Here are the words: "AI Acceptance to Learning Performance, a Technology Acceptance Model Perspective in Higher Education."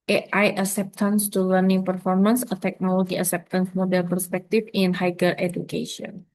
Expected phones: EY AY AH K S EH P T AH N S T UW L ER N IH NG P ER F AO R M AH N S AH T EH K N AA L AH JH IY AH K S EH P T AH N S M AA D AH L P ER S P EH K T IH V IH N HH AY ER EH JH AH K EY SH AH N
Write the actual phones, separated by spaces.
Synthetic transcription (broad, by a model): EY AY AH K S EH P T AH N S T UW L ER N IH NG P ER F AO R M AH N S AH T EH K N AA L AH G IY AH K S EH P T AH N S M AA D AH L P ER S P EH K T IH F IH N HH AY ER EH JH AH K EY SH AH N